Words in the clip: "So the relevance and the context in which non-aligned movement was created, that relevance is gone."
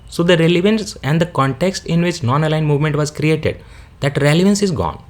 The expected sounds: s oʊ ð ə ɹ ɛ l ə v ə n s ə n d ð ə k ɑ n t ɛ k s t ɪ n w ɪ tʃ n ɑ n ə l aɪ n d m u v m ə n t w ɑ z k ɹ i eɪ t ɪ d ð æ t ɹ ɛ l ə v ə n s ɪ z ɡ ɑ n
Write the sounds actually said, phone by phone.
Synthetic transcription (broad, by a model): s oʊ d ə ɹ ɛ l ə v ə n s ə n d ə k ɑ n t ɛ k s t ɪ n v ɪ tʃ n ɑ n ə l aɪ n m u v m ə n t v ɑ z k ɹ i eɪ t ɪ d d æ t ɹ ɛ l ə v ə n s ɪ z ɡ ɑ n